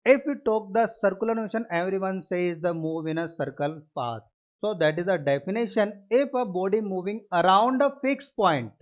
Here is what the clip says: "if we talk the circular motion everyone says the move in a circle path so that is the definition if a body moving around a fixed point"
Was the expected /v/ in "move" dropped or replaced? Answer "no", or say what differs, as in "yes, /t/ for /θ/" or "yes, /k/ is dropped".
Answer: no